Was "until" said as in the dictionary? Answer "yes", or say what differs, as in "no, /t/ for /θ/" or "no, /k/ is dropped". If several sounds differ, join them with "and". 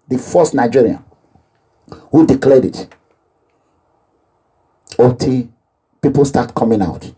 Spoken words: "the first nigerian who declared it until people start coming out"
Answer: no, /n/ is dropped